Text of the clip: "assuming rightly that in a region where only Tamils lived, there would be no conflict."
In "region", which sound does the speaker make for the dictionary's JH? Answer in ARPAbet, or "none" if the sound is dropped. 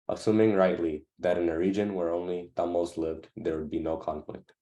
JH